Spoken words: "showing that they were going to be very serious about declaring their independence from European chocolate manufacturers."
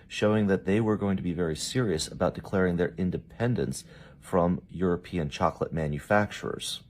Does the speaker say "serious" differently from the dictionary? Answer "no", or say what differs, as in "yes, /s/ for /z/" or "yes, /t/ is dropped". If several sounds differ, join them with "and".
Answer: no